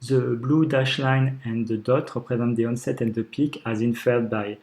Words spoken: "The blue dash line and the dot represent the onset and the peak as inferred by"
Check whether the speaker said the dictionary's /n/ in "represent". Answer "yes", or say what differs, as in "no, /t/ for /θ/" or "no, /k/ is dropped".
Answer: no, /n/ is dropped